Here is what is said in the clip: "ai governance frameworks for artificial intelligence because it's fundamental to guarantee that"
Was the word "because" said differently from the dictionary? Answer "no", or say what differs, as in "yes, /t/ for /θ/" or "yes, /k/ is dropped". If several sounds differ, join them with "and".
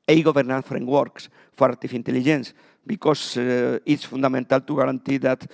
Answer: yes, /s/ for /z/